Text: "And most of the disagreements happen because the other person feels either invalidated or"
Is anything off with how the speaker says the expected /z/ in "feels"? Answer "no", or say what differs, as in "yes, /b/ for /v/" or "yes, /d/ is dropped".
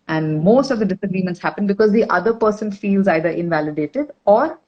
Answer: no